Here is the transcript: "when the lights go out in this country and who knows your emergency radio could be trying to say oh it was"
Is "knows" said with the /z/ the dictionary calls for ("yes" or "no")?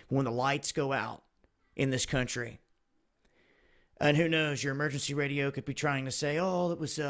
yes